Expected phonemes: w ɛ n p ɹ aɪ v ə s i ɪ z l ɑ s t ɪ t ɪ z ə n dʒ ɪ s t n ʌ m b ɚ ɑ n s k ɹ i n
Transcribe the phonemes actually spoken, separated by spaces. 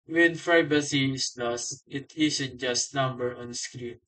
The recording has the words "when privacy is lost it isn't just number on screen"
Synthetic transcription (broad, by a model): w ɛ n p ɹ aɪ b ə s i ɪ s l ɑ s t ɪ t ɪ s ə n dʒ ɪ s t n ʌ m b ɚ ɑ n s k ɹ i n